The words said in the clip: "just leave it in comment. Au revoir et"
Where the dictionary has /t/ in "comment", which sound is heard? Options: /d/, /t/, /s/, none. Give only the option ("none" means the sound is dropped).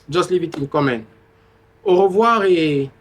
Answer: none